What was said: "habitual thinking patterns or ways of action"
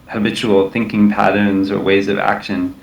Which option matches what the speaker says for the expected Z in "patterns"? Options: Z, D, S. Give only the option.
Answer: Z